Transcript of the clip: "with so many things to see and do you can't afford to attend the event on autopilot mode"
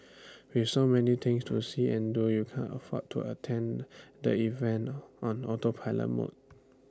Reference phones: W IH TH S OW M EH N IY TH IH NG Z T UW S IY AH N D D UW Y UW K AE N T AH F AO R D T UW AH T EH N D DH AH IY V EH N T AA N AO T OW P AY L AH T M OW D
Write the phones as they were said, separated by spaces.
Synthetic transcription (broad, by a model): W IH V S OW M EH N IY T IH NG S T UW S IY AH N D D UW Y UW K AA N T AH F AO T UW AH T EH N D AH IY V EH N T AA N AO T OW P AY L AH M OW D